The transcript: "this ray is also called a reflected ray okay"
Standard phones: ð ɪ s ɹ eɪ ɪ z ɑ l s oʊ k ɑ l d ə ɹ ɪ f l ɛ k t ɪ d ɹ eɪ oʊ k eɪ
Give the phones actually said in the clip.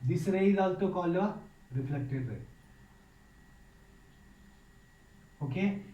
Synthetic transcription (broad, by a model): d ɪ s ɹ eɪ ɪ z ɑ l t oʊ k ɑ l ə ɹ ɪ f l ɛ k t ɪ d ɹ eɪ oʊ k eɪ